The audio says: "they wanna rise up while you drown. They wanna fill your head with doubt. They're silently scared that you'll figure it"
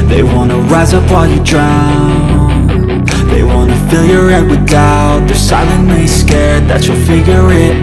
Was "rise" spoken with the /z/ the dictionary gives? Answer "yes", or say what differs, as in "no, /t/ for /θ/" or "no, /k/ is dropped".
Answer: yes